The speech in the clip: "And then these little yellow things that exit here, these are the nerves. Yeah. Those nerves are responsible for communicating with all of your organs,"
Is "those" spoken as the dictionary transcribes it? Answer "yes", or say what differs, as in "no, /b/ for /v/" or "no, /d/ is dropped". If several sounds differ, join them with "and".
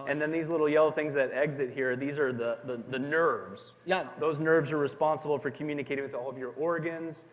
yes